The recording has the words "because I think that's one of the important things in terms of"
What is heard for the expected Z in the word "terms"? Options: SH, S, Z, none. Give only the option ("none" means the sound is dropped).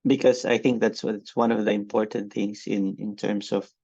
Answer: S